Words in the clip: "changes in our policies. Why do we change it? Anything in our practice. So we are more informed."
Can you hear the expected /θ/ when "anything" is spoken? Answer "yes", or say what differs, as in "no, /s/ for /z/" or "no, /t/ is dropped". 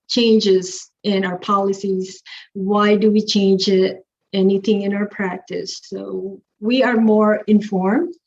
yes